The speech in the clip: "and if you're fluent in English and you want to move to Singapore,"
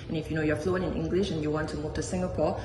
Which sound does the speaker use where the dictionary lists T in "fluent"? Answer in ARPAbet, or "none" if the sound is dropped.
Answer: none